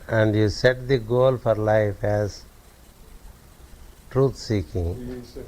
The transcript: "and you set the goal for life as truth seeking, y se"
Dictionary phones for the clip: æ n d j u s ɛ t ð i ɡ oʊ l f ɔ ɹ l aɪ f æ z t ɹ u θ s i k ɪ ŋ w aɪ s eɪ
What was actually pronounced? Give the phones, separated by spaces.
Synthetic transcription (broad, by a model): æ n d j u s ɛ t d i ɡ oʊ l f ɔ ɹ l aɪ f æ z t ɹ u t s i k ɪ ŋ